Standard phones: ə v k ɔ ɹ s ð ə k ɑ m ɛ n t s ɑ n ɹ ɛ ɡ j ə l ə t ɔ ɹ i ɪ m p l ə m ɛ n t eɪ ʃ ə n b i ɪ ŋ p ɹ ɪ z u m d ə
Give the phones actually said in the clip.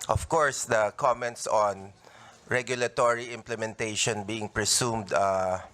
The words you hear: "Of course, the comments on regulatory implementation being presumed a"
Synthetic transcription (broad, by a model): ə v k ɔ ɹ s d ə k ɑ m ɛ n t s ɑ n ɹ ɛ ɡ j ə l ə t ɔ ɹ i ɪ m p l ə m ɛ n t eɪ ʃ ə n b i ɪ ŋ p ɹ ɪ s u m d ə